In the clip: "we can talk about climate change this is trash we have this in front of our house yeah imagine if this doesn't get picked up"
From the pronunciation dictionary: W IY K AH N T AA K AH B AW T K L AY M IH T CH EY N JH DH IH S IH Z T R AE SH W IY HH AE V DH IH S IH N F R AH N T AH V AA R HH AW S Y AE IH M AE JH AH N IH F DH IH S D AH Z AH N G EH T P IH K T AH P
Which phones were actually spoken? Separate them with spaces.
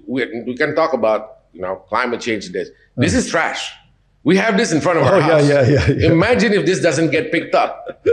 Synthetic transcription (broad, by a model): W IY K AH N T AA K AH B AW T K L AY M IH T CH EY N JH DH IH S IH Z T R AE SH W IY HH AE V DH IH S IH N F R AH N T AH V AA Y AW Y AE IH M AE JH AH N IH F DH IH S D AH Z AH N G EH T P IH K T AH P